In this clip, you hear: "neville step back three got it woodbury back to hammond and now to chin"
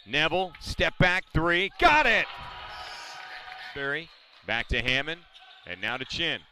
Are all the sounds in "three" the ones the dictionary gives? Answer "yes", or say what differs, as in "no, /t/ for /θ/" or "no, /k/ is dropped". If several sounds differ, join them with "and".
yes